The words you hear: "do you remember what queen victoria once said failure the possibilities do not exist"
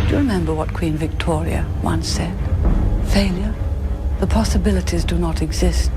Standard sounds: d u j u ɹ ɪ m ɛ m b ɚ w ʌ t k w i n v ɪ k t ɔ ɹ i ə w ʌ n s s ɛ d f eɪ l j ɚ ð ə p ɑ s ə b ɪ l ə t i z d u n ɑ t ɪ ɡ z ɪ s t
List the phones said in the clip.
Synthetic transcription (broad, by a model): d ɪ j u ɹ ɪ m ɛ m b ɚ w ʌ t k w i n v ɪ k t ɔ ɹ i ə w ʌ n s s ɛ d f eɪ l j ɚ ð ə p ɑ s ə b ɪ l ə t i z d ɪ n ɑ t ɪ ɡ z ɪ s t